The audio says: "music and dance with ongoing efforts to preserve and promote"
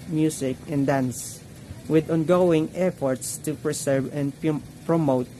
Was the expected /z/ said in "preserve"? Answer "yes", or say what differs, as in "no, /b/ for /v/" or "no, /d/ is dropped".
no, /s/ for /z/